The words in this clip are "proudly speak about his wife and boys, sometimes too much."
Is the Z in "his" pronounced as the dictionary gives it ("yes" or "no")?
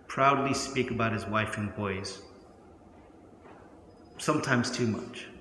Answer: yes